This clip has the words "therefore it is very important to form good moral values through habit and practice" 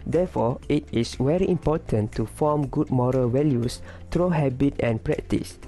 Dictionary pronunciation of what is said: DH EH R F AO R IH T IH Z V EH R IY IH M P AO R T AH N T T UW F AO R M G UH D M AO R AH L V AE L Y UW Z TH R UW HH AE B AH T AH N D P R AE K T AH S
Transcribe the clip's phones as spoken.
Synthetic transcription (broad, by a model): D EH F AO IH T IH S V EH R IY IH M P AO T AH N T T UW F AO M G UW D M AO R AH L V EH L Y UW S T R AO HH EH B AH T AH N P R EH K T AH S